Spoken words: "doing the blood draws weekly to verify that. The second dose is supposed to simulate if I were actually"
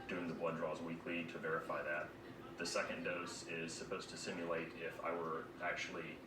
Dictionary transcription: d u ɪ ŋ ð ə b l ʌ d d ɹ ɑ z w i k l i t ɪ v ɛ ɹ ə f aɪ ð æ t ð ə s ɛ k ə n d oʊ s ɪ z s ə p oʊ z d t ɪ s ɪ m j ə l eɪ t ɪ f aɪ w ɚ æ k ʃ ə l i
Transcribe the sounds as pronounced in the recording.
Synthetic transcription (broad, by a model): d u ɪ ŋ ð ə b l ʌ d d ɹ ɑ z w i k l i t ɪ v ɛ ɹ ə f aɪ ð æ t ð ə s ɛ k ə n d oʊ s ɪ z s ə p oʊ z t ɪ s ɪ m j ə l eɪ t ɪ f aɪ w ɚ æ k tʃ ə l i